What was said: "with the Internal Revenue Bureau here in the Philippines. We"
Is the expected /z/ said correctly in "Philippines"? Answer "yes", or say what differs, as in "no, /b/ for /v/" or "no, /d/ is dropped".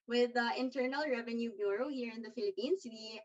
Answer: no, /s/ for /z/